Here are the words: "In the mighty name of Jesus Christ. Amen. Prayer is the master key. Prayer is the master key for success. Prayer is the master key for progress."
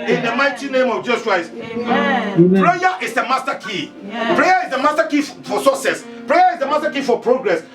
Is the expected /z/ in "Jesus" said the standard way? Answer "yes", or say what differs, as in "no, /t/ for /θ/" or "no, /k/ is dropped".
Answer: no, /s/ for /z/